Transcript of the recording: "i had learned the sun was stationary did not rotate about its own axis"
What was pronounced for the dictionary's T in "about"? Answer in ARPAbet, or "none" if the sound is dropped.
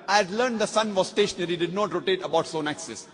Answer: none